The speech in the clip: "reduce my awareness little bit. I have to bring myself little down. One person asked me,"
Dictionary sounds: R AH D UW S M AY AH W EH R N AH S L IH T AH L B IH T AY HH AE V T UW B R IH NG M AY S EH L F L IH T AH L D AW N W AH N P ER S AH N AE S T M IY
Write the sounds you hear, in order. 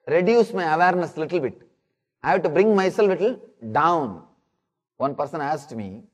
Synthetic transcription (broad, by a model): R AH D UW S M AY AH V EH R N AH S L IH T AH L B IH T AY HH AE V T UW B R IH NG M AY S EH L F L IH T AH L D AW N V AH N P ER S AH N AE S T M IY